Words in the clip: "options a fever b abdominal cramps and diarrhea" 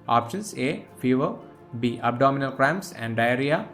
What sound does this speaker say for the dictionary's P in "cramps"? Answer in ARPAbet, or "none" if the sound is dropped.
none